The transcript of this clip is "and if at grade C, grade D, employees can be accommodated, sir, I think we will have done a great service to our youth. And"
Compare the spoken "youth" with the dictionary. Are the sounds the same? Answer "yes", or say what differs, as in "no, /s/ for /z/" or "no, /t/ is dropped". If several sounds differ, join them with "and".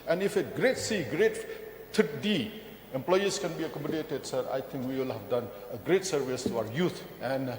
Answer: no, /t/ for /θ/